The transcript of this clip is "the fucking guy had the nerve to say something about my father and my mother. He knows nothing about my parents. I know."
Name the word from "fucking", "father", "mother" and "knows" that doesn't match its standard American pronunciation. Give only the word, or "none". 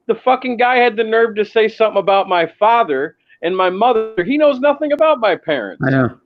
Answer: none